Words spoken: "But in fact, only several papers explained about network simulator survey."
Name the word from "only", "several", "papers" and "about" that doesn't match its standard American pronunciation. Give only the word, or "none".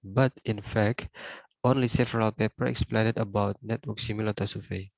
papers